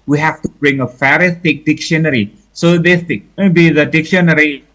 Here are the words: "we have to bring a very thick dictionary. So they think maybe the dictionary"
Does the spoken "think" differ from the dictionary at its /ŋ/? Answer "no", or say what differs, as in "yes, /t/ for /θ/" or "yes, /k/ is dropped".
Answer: yes, /ŋ/ is dropped